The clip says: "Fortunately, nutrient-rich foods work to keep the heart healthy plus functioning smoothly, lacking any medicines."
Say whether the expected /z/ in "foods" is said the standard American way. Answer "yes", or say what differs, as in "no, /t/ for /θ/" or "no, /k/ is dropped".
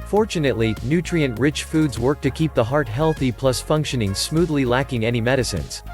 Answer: yes